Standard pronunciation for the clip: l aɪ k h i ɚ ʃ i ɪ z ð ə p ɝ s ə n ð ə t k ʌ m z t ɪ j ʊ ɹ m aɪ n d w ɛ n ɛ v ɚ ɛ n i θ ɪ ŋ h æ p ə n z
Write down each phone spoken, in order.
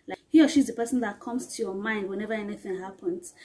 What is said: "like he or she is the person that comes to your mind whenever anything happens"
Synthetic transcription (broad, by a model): l aɪ h i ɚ ʃ i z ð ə p ɝ s ə n ð ə t k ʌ m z t ɪ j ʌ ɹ m aɪ n d w ɛ n ɛ v ɚ ɛ n i θ ɪ ŋ h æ p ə n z